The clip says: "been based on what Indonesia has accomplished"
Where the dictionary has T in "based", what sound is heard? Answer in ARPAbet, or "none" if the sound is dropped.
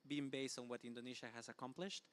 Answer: T